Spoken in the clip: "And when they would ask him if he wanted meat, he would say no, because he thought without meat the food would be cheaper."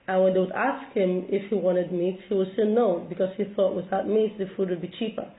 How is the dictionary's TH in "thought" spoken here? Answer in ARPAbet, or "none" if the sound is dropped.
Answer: TH